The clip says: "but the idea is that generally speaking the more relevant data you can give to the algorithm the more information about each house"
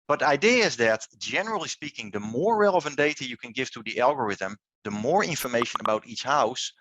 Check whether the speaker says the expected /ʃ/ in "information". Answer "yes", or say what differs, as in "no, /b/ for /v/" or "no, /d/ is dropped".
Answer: yes